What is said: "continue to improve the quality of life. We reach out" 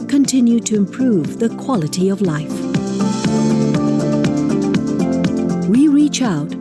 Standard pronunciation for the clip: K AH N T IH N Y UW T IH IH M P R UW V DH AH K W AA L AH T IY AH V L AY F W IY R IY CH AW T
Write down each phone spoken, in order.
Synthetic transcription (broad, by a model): K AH N T IH N Y UW T IH IH M P R UW V DH AH K W AA L AH T IY AH V L AY F W IY R IY CH AW T